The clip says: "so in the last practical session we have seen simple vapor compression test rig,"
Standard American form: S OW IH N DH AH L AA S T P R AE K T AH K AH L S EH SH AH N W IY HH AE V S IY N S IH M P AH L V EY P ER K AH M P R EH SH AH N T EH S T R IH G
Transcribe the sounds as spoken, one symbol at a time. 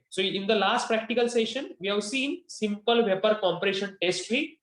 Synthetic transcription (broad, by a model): S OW IH N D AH L AA S T P R AE K T AH K AH L S EH SH AH N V IY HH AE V S IY N S IH M P AH L V EY P ER K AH M P R EH SH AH N T EH S T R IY